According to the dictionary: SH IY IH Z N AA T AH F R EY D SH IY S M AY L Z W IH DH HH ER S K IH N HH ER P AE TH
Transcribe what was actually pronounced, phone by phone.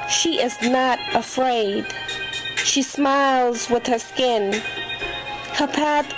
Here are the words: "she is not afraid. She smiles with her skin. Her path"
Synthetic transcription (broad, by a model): SH IY IH Z N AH T AH F R EY D SH IY S M AY L Z W IH DH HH ER S K IH N HH ER P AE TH